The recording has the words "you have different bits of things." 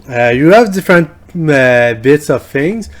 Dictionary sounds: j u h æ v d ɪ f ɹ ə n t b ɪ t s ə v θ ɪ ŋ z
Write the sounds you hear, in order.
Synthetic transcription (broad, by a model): j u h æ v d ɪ f ɹ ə n t b ɪ t s ə v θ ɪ ŋ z